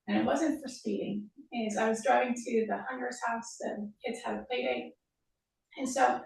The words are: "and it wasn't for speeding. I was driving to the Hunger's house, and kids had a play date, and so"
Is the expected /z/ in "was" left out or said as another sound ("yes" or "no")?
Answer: no